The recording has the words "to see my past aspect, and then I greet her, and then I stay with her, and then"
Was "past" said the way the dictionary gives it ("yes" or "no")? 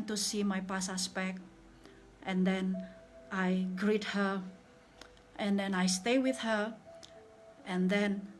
no